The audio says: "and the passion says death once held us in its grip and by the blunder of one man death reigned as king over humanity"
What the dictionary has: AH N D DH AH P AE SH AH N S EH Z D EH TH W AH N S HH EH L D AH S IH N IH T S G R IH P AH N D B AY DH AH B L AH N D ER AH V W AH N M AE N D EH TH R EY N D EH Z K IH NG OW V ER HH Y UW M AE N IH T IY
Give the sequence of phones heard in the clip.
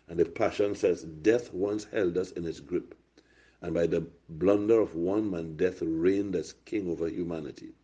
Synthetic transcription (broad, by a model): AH N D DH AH P AE SH AH N S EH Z D EH TH W AH N S HH EH L D AH S IH N IH T S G R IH P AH N B AY DH AH B L AH N D ER AH V W AH N M AE N D EH TH R EY N D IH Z K IH NG OW V ER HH Y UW M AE N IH T IY